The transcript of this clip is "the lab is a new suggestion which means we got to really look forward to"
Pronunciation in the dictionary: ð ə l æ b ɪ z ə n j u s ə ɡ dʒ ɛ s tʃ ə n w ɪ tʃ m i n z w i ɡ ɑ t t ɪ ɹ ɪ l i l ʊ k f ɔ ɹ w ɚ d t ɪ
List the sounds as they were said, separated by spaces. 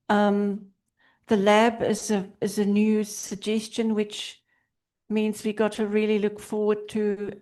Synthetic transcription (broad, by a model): ð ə l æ b ɪ z ə n j u s ə ɡ dʒ ɛ s tʃ ə n w ɪ tʃ m i n z w i ɡ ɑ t t ɪ ɹ ɪ l i l ʊ k f ɔ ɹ w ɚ d t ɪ